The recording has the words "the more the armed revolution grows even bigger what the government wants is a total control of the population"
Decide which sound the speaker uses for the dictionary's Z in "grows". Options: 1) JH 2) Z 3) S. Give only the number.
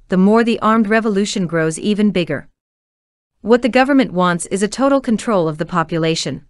2